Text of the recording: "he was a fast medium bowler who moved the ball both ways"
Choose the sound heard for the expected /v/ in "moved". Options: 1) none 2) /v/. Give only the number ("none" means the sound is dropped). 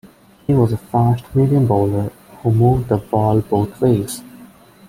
2